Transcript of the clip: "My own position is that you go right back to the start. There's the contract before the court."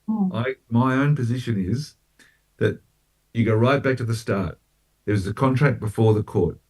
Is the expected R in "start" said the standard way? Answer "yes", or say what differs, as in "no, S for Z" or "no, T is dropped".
yes